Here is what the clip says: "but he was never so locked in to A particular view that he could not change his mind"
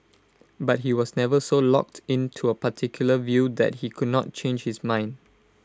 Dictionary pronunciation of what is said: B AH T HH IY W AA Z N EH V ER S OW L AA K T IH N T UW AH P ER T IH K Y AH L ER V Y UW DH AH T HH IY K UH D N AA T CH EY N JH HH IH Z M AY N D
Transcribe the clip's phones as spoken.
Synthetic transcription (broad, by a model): B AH T HH IY W AA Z N EH V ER S OW L AA K T IH N T UW AH P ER T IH K Y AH L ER V Y UW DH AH T HH IY K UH D N AA T CH EY N JH HH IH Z M AY N D